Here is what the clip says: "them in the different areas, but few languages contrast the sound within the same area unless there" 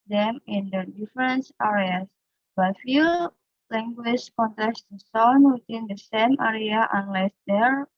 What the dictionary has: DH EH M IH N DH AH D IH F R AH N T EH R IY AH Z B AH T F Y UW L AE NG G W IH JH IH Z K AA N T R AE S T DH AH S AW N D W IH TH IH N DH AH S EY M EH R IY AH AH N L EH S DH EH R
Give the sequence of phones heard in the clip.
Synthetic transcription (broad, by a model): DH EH M IH N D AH D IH F R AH N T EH R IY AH S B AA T F Y UW L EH NG G W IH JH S K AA N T AE S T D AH S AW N W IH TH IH N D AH S EY M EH R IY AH AH N L EH S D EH R